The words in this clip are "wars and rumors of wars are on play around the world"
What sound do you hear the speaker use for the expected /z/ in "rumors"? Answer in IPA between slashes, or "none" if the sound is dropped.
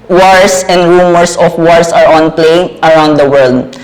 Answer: /s/